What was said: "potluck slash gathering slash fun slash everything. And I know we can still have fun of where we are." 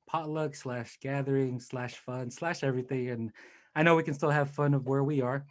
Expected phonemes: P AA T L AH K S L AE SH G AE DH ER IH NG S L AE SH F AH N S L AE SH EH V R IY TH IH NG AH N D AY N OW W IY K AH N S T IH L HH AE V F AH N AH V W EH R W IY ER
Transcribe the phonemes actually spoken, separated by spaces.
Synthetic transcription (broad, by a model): P AA T L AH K S L AE SH G AE DH ER IH NG S L AE SH F AH N S L AE SH EH V R IY TH IH NG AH N AY N OW W IY K AH N S T IH L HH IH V F AH N AH V W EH R W IY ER